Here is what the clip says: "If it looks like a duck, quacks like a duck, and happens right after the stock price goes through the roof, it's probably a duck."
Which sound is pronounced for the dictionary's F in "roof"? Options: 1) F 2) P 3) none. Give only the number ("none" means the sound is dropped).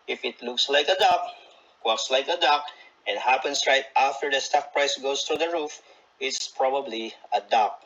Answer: 1